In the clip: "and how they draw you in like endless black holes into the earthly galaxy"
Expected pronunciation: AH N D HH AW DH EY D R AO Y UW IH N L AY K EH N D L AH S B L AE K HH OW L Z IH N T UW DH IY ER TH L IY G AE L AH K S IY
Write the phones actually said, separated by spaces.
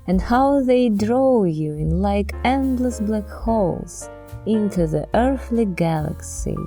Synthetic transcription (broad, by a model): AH N D HH AW DH EY D R AO Y UW IH N L AY K EH N D L AH S B L AE K HH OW L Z IH N T UW DH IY ER TH L IY G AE L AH K S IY